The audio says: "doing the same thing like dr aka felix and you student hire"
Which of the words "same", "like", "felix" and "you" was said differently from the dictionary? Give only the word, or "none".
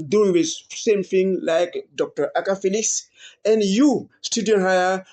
none